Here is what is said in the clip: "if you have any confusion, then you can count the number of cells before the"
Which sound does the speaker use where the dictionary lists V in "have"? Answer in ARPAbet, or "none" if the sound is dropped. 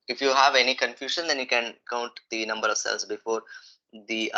V